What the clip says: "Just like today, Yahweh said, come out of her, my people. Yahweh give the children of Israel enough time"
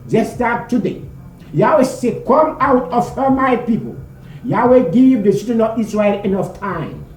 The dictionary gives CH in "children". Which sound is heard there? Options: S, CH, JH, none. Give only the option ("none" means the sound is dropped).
S